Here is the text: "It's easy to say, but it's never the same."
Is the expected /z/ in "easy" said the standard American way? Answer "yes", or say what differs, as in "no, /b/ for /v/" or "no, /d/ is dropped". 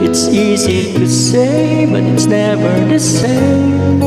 yes